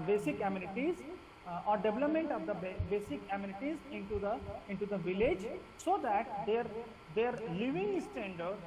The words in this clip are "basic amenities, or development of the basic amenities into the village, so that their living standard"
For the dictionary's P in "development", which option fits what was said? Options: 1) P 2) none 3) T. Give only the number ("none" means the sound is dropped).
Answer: 1